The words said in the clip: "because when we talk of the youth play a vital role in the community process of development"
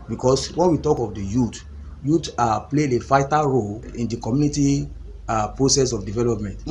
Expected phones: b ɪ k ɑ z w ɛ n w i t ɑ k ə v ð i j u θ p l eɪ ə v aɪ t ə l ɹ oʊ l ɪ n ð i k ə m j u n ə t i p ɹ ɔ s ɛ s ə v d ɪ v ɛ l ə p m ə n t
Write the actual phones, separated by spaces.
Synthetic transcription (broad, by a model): b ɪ k ɑ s w ɛ n w i t ɑ k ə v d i j u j p l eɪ ə f aɪ t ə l ɹ oʊ l ɪ n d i k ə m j u n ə t i p ɹ ɔ s ɛ s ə f d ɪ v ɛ l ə p m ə n t